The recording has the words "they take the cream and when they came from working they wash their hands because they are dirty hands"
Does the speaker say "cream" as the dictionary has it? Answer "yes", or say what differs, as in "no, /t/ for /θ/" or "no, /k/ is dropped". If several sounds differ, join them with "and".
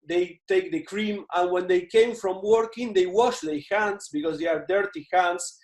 yes